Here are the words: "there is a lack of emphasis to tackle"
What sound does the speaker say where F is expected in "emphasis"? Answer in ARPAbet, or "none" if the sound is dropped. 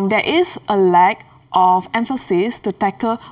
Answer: F